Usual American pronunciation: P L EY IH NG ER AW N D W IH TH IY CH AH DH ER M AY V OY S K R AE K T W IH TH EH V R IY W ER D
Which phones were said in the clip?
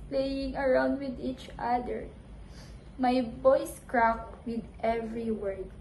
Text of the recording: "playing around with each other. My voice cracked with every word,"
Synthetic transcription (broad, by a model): P L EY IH NG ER AW N D W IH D IY CH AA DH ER M AY B OY S K R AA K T W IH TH EH V R IY W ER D